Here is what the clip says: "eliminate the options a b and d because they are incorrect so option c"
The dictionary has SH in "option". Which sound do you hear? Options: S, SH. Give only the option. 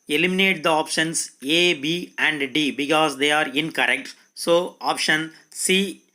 SH